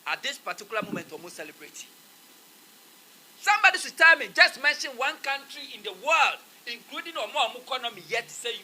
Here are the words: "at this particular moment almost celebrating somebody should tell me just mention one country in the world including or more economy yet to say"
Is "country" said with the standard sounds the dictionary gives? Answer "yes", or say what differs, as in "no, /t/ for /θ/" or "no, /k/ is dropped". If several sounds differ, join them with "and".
yes